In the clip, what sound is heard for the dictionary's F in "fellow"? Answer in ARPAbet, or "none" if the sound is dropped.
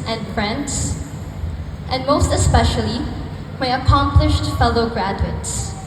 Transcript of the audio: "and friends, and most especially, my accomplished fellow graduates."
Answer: F